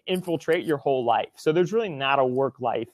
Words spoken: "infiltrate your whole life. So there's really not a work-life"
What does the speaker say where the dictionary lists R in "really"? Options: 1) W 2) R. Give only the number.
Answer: 2